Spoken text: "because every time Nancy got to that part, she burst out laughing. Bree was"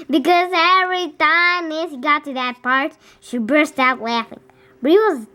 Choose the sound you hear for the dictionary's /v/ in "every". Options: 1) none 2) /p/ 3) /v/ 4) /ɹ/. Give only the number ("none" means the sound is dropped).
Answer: 3